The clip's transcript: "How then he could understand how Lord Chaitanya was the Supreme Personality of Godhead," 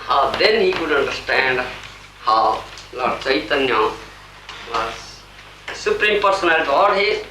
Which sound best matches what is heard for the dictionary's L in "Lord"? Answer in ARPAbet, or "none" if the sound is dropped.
L